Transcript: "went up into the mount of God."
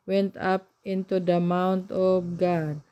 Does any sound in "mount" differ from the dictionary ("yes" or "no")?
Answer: no